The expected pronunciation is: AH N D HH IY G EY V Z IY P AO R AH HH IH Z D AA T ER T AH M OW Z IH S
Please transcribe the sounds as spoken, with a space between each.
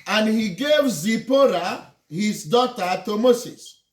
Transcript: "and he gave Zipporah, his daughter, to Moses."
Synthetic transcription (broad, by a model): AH N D HH IY G EY V Z IY P AO R AH HH IH Z D AA T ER T AH M OW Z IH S